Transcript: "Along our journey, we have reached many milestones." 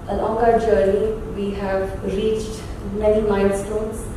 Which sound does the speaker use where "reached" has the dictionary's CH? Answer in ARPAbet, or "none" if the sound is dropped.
CH